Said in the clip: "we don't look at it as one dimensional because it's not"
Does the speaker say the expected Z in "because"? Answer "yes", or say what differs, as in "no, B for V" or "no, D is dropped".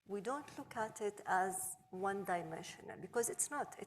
yes